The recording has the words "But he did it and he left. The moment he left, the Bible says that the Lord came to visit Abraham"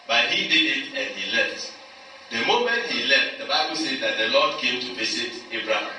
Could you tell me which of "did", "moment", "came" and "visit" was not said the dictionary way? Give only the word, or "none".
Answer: visit